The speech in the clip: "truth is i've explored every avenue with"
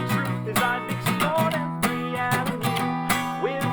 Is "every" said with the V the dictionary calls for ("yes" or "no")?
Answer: no